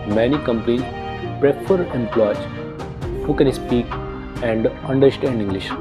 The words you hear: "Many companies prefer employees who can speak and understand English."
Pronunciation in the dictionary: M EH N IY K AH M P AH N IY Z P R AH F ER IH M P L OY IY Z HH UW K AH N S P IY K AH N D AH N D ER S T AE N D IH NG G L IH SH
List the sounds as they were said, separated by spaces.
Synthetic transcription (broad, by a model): M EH N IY K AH M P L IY P R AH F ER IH M P L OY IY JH HH UW K AH N S P IY K AH N D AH N D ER S T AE N D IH NG G L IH SH